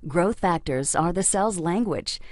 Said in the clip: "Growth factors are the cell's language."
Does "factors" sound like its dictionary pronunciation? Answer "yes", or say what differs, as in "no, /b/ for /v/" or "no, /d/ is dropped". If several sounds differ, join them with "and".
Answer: yes